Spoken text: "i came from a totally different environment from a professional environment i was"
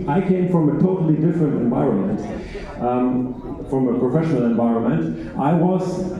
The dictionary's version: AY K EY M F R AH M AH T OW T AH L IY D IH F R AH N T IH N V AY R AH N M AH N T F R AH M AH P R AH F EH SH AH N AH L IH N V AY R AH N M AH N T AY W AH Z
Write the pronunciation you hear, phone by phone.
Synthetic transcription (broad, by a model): AY K EY M F R AH M AH T OW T L IY D IH F R AH N T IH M V AY R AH N M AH N T F R AH M AH P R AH F EH SH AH N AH L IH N V AY R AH N M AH N T AY W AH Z